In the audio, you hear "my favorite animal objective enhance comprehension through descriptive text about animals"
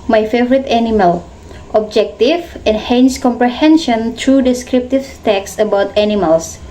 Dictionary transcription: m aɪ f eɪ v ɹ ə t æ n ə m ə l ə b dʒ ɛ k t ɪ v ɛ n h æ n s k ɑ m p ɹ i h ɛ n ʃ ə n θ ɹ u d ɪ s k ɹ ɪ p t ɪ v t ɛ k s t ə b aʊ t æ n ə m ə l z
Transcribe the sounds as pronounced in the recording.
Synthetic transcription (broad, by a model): m aɪ f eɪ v ɹ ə t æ n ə m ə l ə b dʒ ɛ k t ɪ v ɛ n h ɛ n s k ɑ m p ɹ i h ɛ n ʃ ə n t ɹ u d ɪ s k ɹ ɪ p t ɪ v t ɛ k s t ə b aʊ t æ n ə m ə l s